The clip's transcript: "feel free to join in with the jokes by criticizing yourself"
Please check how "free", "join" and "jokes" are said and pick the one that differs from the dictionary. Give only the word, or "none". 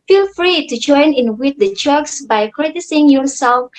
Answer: jokes